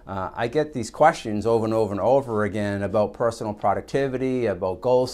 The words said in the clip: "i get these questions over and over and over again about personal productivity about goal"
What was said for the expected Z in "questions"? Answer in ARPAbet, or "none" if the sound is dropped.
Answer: Z